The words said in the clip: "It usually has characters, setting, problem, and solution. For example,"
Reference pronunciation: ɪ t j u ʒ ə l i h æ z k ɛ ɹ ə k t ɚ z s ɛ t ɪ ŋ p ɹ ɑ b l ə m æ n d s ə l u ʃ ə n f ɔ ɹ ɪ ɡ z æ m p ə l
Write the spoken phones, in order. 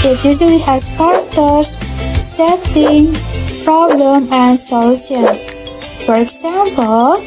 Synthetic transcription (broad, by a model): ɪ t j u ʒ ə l i h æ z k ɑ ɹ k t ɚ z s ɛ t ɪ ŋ p ɹ ɑ b l ə m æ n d s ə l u s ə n f ɔ ɹ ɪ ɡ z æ m p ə l